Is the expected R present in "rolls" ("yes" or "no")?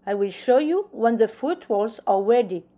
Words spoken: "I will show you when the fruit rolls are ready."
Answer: no